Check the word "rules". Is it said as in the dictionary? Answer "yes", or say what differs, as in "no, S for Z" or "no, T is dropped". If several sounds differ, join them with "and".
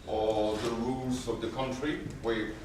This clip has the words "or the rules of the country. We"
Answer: yes